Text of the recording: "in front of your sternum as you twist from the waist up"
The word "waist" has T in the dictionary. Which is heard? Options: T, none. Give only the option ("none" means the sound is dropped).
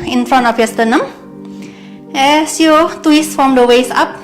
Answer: none